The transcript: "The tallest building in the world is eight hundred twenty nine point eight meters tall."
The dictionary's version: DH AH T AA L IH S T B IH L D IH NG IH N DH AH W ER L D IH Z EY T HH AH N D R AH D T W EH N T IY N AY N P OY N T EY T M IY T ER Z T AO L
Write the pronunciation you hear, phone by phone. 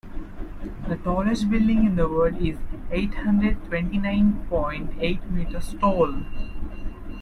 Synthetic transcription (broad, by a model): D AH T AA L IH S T B IH L D IH NG IH N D AH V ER D IH Z EY T HH AH N D R AH D T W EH N T IY N AY N P OY N T EY T M IY T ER S T AO L